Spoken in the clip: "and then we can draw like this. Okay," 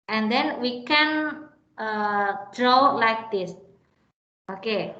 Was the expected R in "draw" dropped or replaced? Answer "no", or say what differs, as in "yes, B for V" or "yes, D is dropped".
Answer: no